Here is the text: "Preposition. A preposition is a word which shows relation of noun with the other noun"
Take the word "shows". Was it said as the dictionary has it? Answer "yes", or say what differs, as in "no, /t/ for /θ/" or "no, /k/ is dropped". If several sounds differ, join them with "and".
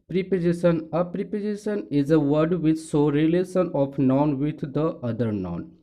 no, /z/ is dropped